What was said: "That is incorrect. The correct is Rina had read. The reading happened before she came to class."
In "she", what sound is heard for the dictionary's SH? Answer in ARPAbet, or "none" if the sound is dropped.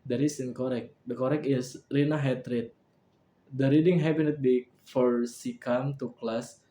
S